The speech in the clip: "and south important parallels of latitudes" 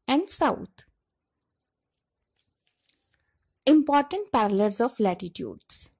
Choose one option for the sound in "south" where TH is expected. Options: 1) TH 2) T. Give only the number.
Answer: 2